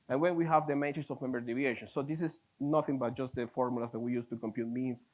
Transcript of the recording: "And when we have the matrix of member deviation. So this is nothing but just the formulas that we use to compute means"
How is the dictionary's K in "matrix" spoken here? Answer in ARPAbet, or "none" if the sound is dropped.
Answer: none